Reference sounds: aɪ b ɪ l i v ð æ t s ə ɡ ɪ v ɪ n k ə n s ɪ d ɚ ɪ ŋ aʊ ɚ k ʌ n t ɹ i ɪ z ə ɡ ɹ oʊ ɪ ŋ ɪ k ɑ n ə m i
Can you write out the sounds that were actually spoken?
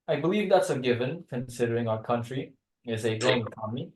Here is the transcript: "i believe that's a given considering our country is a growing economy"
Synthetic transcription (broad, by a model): aɪ b ɪ l i v ð æ t s ə ɡ ɪ v ɪ n k ə n s ɪ d ɚ ɪ ŋ aʊ ɚ k ʌ n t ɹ i ɪ z ə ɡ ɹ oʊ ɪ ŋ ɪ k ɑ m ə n i